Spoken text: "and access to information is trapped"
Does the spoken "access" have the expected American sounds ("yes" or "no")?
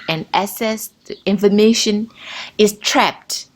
no